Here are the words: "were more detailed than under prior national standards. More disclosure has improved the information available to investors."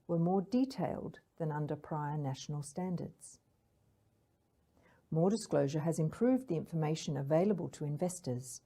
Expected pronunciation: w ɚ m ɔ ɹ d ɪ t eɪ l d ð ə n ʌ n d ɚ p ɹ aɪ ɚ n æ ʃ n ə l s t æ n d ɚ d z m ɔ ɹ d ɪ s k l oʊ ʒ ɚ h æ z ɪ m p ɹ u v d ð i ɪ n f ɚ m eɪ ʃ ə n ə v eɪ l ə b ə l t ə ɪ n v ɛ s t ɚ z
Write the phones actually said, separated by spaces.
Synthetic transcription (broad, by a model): w ɚ m ɔ ɹ d ɪ t eɪ l d ð ə n ʌ n d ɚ p ɹ aɪ ɚ n æ ʃ n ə l s t æ n d ɚ d z m ɔ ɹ d ɪ s k l oʊ ʒ ɚ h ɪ z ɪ m p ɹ u v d ð i ɪ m f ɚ m eɪ ʃ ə n ə v eɪ l ə b ə l t ə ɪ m v ɛ s t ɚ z